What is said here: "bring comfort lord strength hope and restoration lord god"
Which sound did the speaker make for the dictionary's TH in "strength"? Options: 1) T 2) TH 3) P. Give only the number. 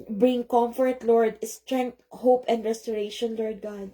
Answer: 1